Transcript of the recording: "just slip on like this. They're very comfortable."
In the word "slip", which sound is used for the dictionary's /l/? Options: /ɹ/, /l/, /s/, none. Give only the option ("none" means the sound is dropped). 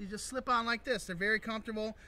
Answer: /l/